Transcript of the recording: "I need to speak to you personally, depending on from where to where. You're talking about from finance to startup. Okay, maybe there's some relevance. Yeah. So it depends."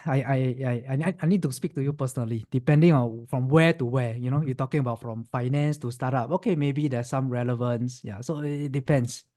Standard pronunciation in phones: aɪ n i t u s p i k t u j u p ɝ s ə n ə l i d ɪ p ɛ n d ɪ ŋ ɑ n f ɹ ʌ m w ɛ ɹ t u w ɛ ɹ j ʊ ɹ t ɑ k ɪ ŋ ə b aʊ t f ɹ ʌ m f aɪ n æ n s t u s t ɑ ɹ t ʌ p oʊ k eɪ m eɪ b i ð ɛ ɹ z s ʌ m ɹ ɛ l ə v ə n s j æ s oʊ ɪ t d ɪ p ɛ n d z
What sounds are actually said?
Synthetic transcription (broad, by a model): aɪ n i t u s p i k t u j u p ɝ s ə n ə l i d ɪ p ɛ n d ɪ ŋ ɑ n f ɹ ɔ m w ɛ t u w ɛ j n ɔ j t ɑ k ɪ ŋ ə b aʊ t f ɹ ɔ m f aɪ n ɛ n s t u s t ɑ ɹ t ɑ p oʊ k eɪ m eɪ b i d ɛ s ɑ m ɹ ɛ l ə v ə n s j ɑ s oʊ ɪ t d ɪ p ɛ n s